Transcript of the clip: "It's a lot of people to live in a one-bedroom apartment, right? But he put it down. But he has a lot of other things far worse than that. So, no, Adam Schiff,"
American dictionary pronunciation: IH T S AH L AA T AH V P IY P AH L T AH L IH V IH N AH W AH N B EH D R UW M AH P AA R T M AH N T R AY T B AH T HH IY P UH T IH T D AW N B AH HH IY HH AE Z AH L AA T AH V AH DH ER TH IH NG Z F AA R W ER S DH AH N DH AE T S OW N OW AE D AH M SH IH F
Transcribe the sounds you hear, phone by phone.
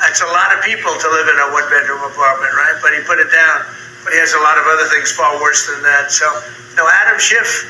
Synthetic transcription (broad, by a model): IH T S AH L AA T AH V P IY P L T AH L IH V IH N AH W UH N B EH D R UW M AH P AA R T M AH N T R AY T B AH T HH IY P UH T IH T D AW N B AH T IY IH Z AH L AA T AH V AH DH ER TH IH NG Z F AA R W ER S DH AH N DH AE T S OW N OW AE D AH M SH IH F